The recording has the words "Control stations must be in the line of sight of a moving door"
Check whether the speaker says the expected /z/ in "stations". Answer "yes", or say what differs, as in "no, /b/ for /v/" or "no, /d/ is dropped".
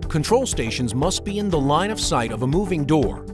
yes